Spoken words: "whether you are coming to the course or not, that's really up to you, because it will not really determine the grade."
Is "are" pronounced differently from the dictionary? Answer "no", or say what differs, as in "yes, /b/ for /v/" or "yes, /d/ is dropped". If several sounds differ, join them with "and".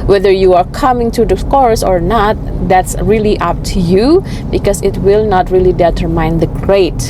no